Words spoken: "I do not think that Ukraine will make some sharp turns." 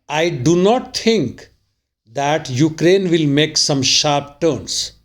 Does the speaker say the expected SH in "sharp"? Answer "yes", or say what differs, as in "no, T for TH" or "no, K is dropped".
yes